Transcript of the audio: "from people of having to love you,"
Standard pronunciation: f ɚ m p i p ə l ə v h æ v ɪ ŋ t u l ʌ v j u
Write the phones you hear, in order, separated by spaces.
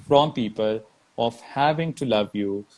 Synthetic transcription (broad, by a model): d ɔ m p i p ə l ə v h æ v ɪ ŋ t u l ʌ v j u